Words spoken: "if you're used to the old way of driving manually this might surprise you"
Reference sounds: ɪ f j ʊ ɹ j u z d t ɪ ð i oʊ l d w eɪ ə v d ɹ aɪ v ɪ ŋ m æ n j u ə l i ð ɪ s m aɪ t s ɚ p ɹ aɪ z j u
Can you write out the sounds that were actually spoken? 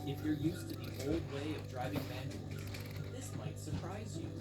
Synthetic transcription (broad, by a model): ɪ f j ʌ ɹ j u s t ɪ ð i oʊ l d w eɪ ə v d ɹ aɪ v ɪ ŋ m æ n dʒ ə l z ð ɪ s m aɪ t s ɚ p ɹ aɪ z j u